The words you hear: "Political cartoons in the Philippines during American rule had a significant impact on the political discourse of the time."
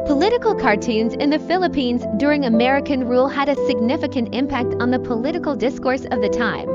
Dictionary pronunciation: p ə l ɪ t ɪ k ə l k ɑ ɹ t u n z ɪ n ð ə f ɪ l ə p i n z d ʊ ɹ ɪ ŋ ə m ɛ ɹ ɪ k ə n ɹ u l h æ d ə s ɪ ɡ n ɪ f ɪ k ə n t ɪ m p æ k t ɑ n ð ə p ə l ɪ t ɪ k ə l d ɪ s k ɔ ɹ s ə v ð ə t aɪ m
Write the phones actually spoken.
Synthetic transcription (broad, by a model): p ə l ɪ t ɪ k l k ɑ ɹ t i n z ɪ n ð ə f ɪ l ə p i n z d ʊ ɹ ɪ ŋ ə m ɛ ɹ ɪ k ə n ɹ u l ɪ d ə s ɪ ɡ n ɪ f ɪ k ə n t ɪ m p æ k t n ð ə p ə l ɪ t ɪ k l d ɪ s k ɔ ɹ s ə v ð ə t aɪ m